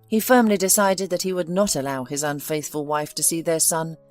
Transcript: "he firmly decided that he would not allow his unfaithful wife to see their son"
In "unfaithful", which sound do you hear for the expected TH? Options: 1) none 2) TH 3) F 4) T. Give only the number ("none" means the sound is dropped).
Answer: 2